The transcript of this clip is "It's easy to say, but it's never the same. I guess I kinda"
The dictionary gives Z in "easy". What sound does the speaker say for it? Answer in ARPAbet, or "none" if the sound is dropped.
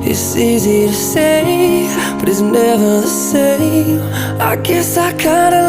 Z